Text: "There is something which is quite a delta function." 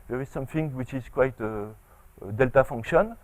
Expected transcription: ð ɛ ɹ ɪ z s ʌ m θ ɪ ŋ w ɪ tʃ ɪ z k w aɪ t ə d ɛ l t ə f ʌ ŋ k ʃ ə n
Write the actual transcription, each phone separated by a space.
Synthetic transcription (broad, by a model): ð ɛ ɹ ɪ z s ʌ m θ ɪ ŋ w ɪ tʃ ɪ z k w aɪ t ə d ɛ l t ə f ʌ ŋ k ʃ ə n